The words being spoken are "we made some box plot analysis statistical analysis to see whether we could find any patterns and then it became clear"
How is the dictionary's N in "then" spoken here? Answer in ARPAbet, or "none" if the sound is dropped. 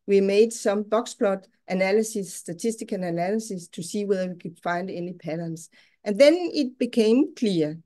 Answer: N